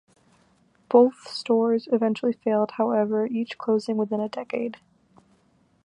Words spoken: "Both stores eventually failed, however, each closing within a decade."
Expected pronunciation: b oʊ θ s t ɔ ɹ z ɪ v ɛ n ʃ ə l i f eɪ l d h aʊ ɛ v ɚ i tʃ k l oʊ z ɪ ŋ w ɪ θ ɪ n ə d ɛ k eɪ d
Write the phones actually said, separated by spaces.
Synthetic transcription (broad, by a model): b oʊ θ s t ɔ ɹ z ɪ v ɛ n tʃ l i f eɪ l d h aʊ ɛ v ɚ i tʃ k l oʊ z ɪ ŋ w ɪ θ ɪ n ə d ɛ k eɪ d